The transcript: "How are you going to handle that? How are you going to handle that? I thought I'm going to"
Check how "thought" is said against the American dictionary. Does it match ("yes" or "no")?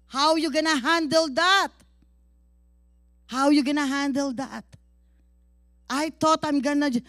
no